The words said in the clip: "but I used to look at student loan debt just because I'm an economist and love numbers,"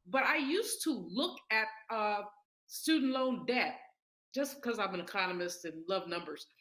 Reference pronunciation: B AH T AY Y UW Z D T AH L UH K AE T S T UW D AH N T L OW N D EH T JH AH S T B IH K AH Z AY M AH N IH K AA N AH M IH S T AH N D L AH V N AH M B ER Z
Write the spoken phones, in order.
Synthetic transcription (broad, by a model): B AH T AY Y UW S T AH L UH K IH T S T UW D N T L OW N D EH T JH AH S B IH K AH Z AY M AH N IH K AA N AH M IH S T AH N L AH V N AH M B ER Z